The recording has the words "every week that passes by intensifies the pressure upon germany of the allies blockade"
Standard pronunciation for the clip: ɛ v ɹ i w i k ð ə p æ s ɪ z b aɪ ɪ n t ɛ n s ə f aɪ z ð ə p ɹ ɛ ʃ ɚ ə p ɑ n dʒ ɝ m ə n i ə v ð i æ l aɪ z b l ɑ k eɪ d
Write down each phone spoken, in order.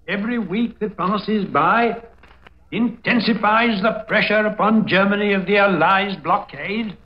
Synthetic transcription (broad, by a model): ɛ v ɹ i w i k ð ə p æ s ɪ z b aɪ ɪ n t ɛ n s ə f aɪ z ð ə p ɹ ɛ ʃ ɚ ə p ɑ n dʒ ɝ m ə n i ə v ð i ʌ l aɪ z b l ɑ k eɪ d